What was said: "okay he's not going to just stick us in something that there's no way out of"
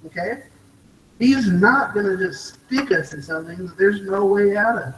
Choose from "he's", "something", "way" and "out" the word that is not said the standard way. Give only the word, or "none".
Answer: none